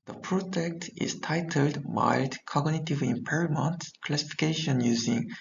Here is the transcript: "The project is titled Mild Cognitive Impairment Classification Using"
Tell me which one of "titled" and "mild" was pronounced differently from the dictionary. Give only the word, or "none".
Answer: mild